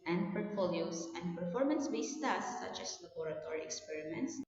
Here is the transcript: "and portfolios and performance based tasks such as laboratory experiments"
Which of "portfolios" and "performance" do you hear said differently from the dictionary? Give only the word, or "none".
portfolios